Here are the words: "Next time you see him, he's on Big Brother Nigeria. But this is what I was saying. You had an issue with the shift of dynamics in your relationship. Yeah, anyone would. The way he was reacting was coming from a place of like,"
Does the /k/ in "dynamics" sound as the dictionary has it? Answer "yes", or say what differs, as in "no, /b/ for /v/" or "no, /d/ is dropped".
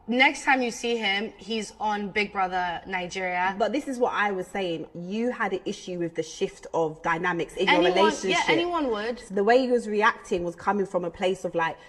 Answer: yes